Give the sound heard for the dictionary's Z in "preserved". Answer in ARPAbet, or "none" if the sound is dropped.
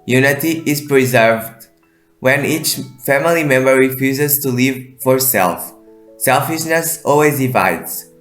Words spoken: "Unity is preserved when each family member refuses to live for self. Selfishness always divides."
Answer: Z